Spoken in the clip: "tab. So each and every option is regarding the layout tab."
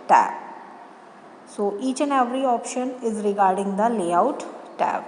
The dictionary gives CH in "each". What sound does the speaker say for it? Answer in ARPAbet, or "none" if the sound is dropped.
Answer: CH